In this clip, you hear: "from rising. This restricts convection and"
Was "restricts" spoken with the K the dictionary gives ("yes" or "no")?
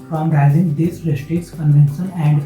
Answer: no